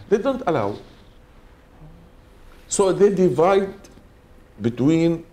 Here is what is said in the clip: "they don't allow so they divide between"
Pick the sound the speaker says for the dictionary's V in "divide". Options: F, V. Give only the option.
V